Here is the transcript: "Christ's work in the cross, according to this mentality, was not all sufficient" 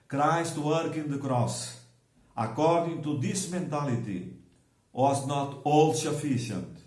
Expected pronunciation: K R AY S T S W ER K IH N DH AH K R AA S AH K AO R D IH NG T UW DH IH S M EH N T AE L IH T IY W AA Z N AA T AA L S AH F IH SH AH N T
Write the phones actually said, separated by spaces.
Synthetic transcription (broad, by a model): K R AY S T W ER K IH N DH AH K R AA S AH K AO R D IH NG T UW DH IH S M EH N T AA L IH T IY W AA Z N AA T AA L S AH F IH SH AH N T